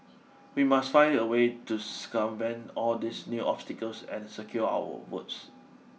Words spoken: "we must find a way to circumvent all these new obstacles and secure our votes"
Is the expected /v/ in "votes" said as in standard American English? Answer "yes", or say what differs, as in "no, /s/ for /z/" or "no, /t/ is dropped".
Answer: no, /w/ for /v/